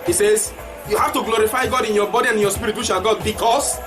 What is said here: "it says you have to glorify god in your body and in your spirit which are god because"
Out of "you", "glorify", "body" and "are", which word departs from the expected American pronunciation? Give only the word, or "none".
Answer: are